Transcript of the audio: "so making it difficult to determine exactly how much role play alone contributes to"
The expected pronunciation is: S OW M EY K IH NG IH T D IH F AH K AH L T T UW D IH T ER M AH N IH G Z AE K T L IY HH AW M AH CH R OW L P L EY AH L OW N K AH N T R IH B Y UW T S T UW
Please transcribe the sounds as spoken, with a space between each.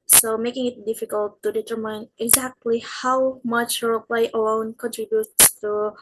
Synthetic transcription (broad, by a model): S OW M EY K IH NG IH T D IH F AH K AH L T T UW D IH T ER M AH N IH G Z AE K T L IY HH AW M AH CH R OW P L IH AH L OW N K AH N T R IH B Y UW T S T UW